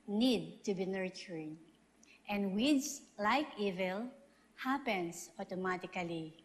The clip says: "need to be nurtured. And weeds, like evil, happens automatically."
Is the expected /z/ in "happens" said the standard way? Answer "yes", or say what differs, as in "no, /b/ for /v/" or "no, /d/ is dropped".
no, /s/ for /z/